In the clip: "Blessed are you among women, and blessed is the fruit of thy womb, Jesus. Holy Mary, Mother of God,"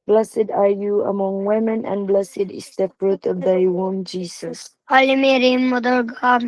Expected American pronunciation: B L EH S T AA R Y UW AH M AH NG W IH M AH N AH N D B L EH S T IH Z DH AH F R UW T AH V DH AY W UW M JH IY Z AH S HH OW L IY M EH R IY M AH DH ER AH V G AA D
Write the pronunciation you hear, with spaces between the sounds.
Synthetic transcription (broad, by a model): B L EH S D AA R Y UW AH M AH NG W IH M AH N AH N B L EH S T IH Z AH P R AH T AH V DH AY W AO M JH IY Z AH S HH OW L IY M EH R IY M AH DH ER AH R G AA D